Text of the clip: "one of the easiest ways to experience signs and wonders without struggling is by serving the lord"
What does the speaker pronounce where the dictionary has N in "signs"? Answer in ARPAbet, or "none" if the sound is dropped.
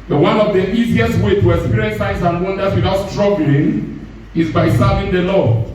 none